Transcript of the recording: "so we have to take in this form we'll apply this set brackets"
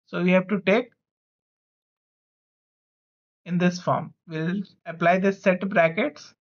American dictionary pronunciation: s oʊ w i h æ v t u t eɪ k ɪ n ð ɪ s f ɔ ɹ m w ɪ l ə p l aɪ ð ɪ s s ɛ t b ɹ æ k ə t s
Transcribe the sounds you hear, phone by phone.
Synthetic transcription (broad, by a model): s oʊ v i h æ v t u t eɪ k ɪ n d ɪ s f ɔ ɹ m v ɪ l ə p l aɪ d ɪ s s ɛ t b ɹ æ k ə t s